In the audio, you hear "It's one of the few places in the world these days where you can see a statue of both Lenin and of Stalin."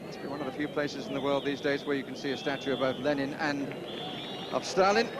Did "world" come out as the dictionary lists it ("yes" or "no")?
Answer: yes